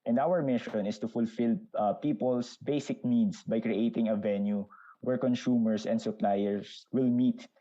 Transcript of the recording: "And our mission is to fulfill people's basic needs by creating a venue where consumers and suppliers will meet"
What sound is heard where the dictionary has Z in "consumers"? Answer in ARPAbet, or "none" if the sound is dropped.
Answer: S